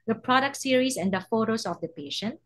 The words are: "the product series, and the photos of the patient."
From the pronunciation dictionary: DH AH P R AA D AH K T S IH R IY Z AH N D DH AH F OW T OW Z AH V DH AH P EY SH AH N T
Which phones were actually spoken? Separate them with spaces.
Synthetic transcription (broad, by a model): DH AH P R AA D AH K T S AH R IY S AH N D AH F OW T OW S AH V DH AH P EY SH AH N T